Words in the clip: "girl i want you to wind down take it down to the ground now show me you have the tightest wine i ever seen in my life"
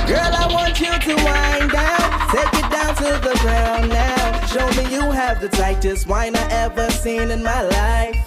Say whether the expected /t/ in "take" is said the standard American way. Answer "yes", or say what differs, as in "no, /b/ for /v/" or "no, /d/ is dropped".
no, /s/ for /t/